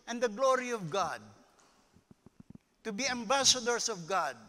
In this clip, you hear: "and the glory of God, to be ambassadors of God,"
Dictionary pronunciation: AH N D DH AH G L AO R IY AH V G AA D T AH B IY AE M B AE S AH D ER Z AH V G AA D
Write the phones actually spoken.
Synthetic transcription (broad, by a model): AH N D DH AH G L AO R IY AH V G AA D T AH B IY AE M B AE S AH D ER S AH V G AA D